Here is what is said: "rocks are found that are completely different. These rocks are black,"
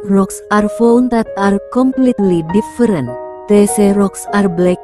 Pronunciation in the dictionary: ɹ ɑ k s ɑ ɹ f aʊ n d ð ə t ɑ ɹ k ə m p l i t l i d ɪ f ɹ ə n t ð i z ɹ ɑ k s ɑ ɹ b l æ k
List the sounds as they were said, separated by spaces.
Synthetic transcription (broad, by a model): ɹ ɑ k s ɑ ɹ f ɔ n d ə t ɑ ɹ k ə m p l i t l i d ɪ f ɹ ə n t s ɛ ɹ ɑ k s ɑ ɹ b l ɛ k